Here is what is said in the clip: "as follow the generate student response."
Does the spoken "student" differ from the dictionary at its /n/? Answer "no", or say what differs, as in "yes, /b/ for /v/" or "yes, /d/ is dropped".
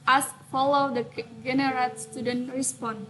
no